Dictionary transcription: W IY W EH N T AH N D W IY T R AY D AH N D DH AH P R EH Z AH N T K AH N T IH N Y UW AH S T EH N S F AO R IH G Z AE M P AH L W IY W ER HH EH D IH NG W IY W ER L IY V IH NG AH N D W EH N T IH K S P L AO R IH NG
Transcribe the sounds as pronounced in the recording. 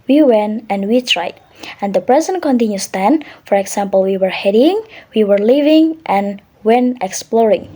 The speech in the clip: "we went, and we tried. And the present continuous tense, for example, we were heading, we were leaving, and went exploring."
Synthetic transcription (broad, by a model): W IY W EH N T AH N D W IY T R AY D AH N D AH P R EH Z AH N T K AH N T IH N Y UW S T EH N F AO R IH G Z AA M P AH L W IY W ER HH EH D IH NG W IY W ER L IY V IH NG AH N W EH N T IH K S P L AO R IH NG